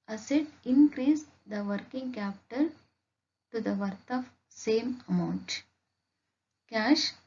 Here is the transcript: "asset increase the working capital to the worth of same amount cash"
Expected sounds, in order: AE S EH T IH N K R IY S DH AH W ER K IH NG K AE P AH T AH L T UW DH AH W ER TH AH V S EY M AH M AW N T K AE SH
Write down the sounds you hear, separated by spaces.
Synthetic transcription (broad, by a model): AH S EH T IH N K R IY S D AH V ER K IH NG K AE P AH T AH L T UW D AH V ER T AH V S EY M AH M AW N T K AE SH